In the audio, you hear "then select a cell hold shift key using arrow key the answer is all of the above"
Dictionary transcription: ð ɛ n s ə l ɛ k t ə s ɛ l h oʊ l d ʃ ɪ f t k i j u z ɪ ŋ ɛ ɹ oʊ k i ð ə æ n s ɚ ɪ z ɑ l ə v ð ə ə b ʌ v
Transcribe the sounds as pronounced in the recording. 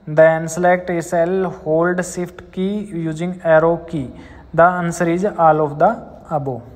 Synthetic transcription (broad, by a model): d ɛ n s ə l ɛ k t ə s ɛ l h oʊ l d s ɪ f t k i j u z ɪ ŋ ɛ ɹ oʊ k i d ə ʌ n s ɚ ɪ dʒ ɑ l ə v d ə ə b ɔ